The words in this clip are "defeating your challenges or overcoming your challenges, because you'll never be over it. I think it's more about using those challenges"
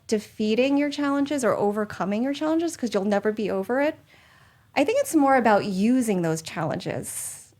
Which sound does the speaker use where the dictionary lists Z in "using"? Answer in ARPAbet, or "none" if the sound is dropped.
Z